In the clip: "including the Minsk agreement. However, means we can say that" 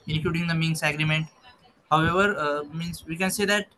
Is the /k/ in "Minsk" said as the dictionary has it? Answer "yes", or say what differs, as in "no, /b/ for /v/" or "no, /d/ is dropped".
no, /k/ is dropped